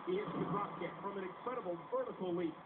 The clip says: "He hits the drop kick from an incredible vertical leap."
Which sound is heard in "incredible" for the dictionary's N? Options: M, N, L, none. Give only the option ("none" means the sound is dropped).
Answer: none